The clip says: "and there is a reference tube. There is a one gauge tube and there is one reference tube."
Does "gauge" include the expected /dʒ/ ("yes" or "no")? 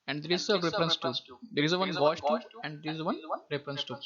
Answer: no